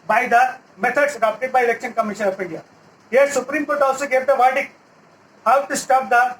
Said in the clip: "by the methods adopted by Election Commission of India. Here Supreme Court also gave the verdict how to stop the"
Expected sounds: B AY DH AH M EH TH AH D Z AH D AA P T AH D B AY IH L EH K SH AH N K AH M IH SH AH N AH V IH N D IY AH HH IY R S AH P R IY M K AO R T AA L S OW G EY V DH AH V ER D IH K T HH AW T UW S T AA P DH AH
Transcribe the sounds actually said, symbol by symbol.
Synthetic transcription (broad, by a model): B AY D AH M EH T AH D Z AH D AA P T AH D B AY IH L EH K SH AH N K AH M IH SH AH N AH F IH N D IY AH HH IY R S AH P R IY M K AO R T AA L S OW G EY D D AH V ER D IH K HH AW T UW S T AA P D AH